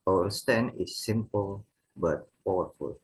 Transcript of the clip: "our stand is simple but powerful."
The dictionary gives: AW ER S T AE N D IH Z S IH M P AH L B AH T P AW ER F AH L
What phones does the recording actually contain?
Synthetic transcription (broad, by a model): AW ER S T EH N IH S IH M P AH L B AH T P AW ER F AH L